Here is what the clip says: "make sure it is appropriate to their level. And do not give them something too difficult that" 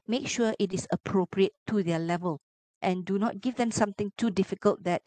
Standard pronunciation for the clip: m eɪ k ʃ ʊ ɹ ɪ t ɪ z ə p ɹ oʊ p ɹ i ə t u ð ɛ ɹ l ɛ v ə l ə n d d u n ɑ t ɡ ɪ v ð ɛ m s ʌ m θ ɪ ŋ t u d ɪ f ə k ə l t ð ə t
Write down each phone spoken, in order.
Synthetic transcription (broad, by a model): m eɪ k ʃ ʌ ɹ ɪ t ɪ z ə p ɹ oʊ p ɹ i ə t u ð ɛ l ɛ v ə l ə n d d u n ɑ t ɡ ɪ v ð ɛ m s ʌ m t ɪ ŋ t u d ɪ f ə k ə l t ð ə t